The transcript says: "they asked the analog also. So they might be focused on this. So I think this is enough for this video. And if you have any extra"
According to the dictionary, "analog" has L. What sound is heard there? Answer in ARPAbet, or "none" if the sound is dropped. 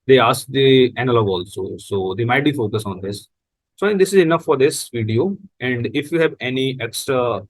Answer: L